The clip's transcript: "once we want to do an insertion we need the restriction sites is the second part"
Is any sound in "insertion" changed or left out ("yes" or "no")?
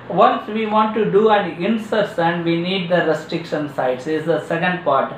yes